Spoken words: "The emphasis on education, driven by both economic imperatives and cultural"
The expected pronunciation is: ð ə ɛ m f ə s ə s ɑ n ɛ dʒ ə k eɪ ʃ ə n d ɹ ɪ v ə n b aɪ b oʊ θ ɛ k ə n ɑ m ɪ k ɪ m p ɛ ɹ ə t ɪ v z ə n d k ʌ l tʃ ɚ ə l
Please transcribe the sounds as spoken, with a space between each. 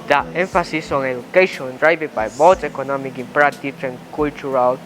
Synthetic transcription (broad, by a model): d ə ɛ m f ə s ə s ɑ n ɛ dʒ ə k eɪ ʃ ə n d ɹ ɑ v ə b aɪ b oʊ t ɛ k ə n ɑ m ɪ k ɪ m p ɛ ɹ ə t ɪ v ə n k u l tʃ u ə l